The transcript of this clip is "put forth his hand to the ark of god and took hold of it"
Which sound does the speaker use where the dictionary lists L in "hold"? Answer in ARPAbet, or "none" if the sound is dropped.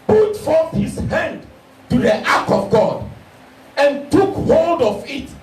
L